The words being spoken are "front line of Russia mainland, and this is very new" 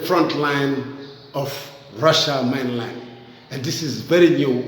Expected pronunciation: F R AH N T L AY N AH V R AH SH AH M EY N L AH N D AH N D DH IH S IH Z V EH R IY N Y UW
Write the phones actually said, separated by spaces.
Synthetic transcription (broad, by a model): F R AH N T L AY N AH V R AH SH AH M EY N L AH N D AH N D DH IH S IH Z V EH R IY N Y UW